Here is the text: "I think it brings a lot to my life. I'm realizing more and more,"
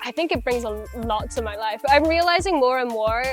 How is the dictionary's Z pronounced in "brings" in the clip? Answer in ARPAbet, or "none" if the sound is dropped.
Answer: Z